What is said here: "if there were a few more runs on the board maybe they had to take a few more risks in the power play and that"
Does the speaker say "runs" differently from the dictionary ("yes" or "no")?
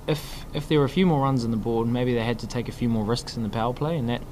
no